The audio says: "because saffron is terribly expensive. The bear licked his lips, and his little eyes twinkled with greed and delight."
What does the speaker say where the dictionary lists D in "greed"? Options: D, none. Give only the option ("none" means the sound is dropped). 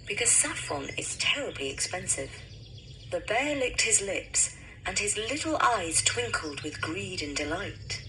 D